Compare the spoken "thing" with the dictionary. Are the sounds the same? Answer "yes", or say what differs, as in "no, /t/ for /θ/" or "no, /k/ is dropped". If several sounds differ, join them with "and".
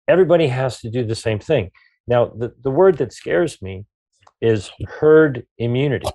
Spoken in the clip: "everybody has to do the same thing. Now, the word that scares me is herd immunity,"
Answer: yes